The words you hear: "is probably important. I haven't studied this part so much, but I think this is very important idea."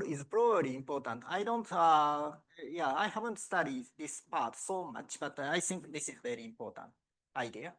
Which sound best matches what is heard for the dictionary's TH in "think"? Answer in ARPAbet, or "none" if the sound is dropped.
S